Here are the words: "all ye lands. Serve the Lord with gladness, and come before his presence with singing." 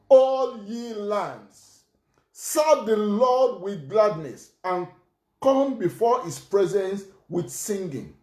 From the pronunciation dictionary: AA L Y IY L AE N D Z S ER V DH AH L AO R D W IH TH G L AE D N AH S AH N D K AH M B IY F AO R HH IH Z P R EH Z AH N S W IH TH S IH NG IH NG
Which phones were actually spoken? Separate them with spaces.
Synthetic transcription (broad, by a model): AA L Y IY L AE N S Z S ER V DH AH L AO D W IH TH G L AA D N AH S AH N K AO M B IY F AO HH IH S P R EH Z AH N S W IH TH S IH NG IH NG